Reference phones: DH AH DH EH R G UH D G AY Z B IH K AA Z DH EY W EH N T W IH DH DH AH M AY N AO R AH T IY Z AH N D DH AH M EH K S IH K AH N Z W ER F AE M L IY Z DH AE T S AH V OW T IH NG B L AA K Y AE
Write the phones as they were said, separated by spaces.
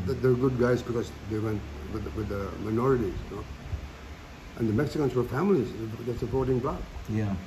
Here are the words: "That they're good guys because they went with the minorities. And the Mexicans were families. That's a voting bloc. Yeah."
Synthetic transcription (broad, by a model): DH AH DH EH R G UH D G AY Z B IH K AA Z DH EY W EH N T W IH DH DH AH M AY N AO R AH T IY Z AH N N DH AH M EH K S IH K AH N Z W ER F AE M L IY Z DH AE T S AH P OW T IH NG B L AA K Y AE